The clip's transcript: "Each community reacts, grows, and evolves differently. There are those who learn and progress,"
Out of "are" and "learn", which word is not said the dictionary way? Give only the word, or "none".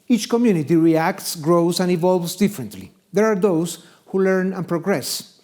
none